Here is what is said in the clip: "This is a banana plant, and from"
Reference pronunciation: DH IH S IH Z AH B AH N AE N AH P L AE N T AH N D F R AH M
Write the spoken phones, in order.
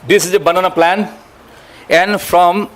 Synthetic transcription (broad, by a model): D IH S IH Z AH B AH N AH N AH P L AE N AH N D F R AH M